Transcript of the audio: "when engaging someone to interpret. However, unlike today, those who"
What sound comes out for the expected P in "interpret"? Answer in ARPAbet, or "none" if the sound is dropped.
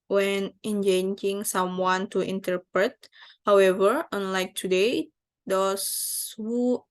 P